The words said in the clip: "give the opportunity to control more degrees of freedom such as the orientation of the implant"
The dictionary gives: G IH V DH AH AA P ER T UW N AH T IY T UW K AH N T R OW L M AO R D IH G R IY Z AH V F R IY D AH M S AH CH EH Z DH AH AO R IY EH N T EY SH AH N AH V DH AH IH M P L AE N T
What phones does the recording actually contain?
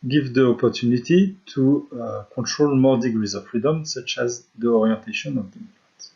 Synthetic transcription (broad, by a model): G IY V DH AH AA P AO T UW N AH T IY T UW K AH T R OW L M AO R D IH G R IY Z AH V F R IY D AH M S AH CH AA Z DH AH AO R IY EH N T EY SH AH N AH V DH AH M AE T